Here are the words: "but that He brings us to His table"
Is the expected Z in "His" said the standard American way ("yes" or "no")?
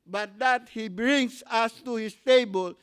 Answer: no